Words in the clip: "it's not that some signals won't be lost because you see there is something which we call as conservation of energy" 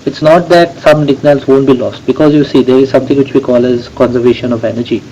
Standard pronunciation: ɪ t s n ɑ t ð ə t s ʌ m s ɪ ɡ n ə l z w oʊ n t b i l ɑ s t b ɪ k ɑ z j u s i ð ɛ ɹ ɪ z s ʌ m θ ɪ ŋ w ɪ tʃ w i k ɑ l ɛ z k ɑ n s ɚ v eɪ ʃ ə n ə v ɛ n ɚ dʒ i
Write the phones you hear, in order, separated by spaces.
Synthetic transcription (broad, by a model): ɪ t s n ɑ t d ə t s ʌ m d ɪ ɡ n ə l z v oʊ n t b i l ɑ s t b ɪ k ɑ z j u s i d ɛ ɹ ɪ z s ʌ m t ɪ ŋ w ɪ tʃ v i k ɑ l ɛ z k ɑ n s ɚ v eɪ ʃ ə n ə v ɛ n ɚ dʒ i